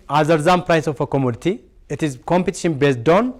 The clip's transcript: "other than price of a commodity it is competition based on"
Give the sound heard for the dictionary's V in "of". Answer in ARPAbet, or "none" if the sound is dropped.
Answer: F